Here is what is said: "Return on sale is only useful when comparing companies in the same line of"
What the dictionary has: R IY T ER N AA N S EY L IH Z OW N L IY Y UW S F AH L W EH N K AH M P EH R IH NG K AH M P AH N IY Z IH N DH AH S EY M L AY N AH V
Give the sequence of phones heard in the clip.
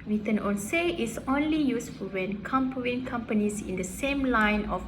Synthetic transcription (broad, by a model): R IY T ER N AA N S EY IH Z OW N L IY Y UW S F AH L W EH N K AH M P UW IH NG K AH M P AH N IY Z IH N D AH S EY M L AY N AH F